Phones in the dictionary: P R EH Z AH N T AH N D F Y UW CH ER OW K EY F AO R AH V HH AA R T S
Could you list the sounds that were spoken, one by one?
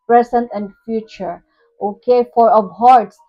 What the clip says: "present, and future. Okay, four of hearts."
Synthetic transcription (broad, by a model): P R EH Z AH N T AH N D F Y UW CH ER OW K EY F AO R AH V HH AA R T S